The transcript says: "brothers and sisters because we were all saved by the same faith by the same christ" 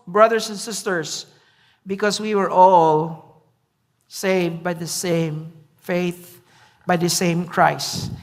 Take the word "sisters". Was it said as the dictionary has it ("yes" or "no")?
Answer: no